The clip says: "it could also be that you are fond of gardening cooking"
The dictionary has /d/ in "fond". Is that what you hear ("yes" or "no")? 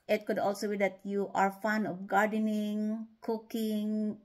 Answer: no